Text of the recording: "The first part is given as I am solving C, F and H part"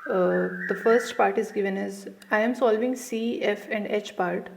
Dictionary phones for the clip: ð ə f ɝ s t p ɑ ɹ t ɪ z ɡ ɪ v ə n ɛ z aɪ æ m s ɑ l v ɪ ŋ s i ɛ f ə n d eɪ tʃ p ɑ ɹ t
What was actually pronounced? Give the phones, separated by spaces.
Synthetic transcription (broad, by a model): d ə f ɝ s t p ɑ ɹ t ɪ z ɡ ɪ v ə n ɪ z aɪ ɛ m s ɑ l v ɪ ŋ s i ɛ f ə n d eɪ tʃ p ɑ ɹ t